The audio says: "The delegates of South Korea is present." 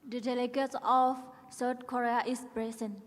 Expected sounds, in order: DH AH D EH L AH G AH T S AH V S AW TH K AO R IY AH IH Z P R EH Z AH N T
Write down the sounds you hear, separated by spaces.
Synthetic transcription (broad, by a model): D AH D EH L AH G AH T S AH F S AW T K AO R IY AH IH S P R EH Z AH N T